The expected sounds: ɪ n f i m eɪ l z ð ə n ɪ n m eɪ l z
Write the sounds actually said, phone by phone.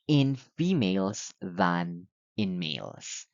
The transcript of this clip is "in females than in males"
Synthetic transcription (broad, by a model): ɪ n f i m eɪ l z ð ə n ɪ n m eɪ l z